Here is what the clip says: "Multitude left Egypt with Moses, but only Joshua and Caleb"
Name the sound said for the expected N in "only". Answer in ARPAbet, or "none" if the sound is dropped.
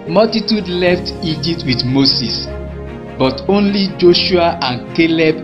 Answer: N